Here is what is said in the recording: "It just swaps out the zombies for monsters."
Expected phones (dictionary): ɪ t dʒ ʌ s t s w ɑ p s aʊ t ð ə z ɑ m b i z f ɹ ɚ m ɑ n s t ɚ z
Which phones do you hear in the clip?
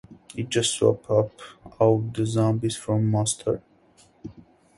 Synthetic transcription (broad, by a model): ɪ t dʒ ʌ s t s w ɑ p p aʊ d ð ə z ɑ m b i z f ɹ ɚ m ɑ s t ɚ